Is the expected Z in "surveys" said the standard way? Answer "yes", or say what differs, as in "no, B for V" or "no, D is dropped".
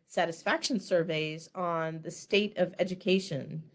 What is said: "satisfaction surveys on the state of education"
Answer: yes